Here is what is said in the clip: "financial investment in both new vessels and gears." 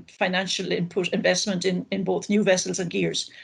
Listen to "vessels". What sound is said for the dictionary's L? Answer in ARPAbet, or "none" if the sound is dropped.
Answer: L